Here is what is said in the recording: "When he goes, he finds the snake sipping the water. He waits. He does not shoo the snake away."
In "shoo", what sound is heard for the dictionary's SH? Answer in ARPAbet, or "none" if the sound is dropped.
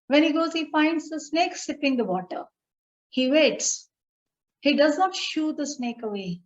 SH